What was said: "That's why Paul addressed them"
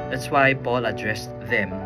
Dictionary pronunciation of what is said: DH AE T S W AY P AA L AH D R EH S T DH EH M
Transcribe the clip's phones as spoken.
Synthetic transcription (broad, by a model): DH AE T S W AY B AA L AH D R EH S DH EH M